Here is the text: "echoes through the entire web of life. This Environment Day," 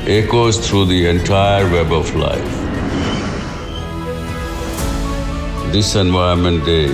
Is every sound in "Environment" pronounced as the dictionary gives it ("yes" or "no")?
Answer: no